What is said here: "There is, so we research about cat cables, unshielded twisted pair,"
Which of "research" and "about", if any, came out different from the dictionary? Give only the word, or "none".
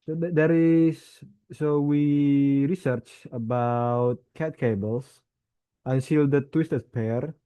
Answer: none